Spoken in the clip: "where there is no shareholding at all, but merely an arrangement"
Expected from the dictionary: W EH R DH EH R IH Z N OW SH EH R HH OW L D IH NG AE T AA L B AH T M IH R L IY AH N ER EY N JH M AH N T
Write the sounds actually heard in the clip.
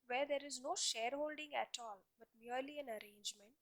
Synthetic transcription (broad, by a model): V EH R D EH R IH Z N OW SH EH R HH OW L D IH NG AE T AA L B AH T M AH R L IY AH N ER EY N JH M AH N T